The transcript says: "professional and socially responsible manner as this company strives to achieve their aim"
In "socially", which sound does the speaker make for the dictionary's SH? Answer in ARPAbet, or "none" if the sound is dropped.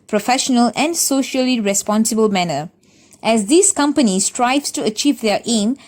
SH